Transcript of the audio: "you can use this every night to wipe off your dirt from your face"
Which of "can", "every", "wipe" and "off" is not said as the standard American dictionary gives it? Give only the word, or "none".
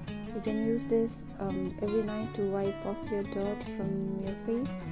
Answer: none